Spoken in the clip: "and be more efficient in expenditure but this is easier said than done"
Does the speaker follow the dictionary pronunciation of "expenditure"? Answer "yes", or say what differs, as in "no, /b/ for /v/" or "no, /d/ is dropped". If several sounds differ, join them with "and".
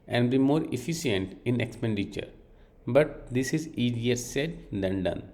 yes